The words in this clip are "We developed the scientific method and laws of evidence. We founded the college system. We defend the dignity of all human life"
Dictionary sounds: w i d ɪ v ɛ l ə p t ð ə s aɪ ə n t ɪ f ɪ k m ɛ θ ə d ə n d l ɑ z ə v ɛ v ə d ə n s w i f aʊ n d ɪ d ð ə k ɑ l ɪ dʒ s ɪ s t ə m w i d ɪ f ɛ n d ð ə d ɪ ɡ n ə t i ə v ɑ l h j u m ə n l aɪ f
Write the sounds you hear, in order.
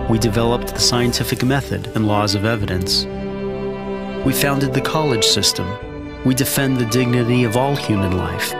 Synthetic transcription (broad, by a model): w i d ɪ v ɛ l ə p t ð ə s aɪ ə n t ɪ f ɪ k m ɛ θ ə d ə n l ɑ z ə v ɛ v ə d ə n s w i f aʊ n d ɪ d ð ə k ɑ l ɪ dʒ s ɪ s t ə m w i d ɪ f ɛ n ð ə d ɪ ɡ n ə t i ə v ɑ l h j u m ə n l aɪ f